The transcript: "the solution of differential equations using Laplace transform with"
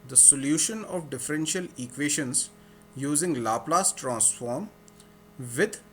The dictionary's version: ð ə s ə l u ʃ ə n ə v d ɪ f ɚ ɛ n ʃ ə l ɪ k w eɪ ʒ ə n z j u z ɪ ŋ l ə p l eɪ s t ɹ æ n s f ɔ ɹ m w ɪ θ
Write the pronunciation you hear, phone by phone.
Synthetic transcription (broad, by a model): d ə s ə l u ʃ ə n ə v d ɪ f ɚ ɛ n ʃ ə l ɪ k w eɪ ʃ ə n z j u z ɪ ŋ l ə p l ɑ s t ɹ æ n s f ɔ ɹ m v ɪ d